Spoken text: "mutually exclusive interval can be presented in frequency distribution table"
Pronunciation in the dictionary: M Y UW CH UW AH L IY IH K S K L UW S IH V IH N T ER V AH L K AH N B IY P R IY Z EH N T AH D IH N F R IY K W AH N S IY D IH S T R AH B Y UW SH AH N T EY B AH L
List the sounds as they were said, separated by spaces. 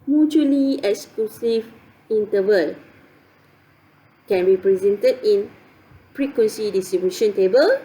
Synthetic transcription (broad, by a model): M Y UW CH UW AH L IY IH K S K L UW S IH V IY N T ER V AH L K AH N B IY P R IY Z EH N T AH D IH N P R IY K W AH N S IY D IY S T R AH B Y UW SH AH N T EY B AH L